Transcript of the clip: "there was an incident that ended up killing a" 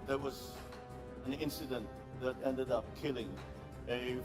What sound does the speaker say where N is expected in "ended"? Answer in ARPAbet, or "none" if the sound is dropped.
N